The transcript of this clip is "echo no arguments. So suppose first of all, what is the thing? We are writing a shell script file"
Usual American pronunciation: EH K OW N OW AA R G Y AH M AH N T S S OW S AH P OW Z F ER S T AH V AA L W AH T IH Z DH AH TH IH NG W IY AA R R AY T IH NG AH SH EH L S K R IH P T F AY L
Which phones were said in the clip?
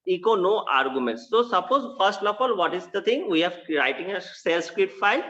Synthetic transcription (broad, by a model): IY K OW N OW AA R G Y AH M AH N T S S OW S AH P OW Z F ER S T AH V AA L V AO T IH Z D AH T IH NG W IY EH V R AY T IH NG AH S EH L S K R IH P T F AY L